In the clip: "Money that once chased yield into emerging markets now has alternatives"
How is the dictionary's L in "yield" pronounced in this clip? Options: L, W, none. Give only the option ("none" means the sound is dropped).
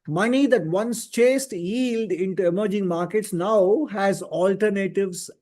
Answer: L